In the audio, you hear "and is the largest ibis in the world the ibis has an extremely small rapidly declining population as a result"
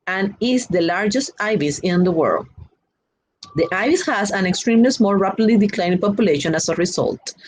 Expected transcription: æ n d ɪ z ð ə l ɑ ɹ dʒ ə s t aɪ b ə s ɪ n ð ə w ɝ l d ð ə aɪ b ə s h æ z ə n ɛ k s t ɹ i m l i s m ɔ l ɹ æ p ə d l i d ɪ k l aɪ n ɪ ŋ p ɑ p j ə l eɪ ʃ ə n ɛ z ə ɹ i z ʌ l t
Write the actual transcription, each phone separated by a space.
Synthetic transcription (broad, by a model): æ n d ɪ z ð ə l ɑ ɹ dʒ ə s t aɪ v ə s ɪ n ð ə w ɝ l d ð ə aɪ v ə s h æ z ə n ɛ k s t ɹ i m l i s m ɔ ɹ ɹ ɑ p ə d l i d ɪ k l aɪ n p ɑ p j ə l eɪ ʃ ə n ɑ s ə ɹ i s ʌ l t